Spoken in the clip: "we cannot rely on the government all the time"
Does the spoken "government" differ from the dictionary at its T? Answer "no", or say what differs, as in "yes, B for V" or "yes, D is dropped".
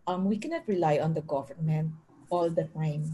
yes, T is dropped